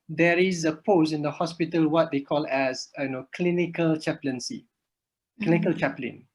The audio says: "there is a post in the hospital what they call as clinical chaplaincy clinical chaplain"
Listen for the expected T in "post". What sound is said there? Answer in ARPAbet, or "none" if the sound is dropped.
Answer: none